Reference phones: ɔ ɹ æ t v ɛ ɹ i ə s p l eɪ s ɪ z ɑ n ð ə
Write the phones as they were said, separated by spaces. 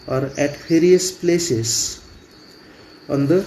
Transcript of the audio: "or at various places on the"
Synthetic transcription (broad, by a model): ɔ ɹ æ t p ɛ ɹ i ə s p l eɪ s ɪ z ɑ n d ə